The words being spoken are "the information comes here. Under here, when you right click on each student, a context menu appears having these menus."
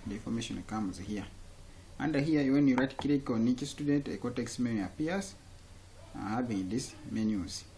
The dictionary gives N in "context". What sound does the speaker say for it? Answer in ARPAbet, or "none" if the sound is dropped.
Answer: none